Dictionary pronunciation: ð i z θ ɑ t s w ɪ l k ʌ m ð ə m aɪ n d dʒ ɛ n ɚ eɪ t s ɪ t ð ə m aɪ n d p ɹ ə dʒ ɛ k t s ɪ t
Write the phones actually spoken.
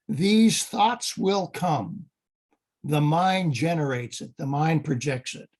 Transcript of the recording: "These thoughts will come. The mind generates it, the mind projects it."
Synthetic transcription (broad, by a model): ð i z θ ɑ t s w ɪ l k ʌ m ð ə m aɪ n dʒ ɛ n ɚ eɪ t s ɪ t ð ə m aɪ n p ɹ ə dʒ ɛ k t s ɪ t